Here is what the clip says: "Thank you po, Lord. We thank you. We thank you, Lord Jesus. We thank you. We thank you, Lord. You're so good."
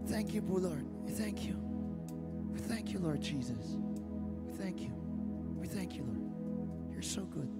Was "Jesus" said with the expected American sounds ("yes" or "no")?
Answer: yes